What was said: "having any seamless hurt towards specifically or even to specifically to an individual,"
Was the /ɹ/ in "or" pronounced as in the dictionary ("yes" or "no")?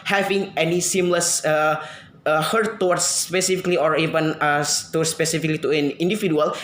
yes